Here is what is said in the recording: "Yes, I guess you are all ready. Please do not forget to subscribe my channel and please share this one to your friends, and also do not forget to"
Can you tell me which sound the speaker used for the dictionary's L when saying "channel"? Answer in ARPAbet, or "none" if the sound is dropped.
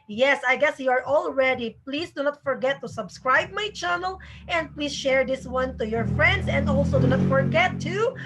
L